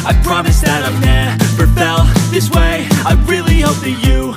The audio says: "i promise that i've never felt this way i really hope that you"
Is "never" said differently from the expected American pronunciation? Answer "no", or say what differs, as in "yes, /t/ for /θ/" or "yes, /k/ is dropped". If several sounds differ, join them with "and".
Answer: yes, /b/ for /v/